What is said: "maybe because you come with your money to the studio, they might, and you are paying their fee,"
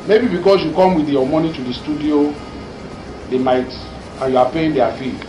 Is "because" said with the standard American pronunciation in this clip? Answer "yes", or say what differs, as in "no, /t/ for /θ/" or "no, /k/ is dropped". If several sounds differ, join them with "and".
no, /s/ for /z/